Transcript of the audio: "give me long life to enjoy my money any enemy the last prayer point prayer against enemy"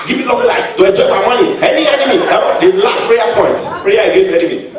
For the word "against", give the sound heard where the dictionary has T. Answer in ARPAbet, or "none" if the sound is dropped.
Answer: none